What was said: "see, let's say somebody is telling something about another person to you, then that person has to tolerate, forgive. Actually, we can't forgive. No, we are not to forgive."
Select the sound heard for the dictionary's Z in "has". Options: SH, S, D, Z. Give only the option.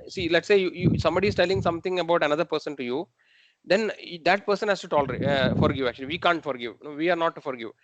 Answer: S